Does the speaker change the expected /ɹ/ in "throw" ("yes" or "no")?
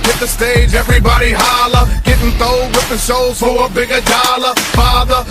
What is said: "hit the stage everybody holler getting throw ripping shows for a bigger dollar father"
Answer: yes